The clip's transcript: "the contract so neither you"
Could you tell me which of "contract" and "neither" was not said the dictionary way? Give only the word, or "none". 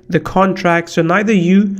none